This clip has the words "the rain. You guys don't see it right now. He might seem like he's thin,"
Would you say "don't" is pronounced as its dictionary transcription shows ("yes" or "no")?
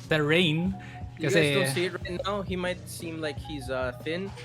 no